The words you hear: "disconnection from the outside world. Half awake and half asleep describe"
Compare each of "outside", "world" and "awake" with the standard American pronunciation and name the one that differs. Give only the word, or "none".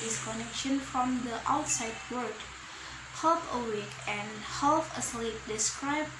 world